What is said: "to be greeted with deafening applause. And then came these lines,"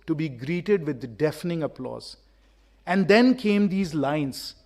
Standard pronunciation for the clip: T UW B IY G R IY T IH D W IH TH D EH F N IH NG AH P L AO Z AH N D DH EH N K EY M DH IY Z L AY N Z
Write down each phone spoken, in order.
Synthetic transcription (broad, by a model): T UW B IY G R IY T IH D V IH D D EH F N IH NG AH P L AO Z AH N D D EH N K EY M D IY Z L AY N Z